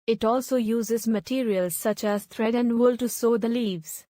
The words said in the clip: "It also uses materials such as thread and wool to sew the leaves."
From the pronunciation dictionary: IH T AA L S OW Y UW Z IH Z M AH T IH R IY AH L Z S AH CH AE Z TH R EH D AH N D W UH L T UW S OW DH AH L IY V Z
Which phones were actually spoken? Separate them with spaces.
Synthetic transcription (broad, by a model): IH T AA L S OW Y UW Z IH Z M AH T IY R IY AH L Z S AH CH AE Z T R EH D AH N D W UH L T UW S OW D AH L IY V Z